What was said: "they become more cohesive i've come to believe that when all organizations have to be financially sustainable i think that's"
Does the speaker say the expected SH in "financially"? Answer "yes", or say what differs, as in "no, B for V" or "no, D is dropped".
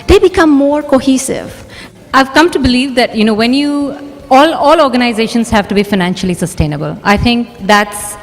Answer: yes